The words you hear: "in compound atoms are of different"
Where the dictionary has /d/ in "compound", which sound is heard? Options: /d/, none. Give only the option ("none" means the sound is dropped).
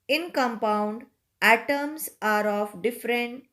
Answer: /d/